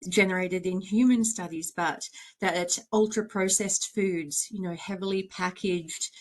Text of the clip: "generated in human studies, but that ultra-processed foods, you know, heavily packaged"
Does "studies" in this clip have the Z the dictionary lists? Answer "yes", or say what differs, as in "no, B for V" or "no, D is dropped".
yes